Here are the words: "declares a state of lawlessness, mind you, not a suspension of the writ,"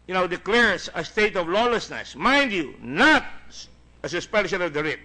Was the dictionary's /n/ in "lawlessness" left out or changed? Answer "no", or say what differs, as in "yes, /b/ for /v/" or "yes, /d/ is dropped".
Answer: no